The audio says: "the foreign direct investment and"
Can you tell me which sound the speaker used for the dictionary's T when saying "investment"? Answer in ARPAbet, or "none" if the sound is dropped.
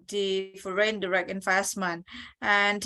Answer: none